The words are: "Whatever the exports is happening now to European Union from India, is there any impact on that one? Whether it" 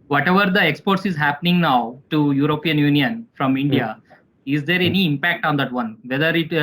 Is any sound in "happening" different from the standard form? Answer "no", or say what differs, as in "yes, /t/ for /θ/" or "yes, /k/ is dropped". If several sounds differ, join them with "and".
no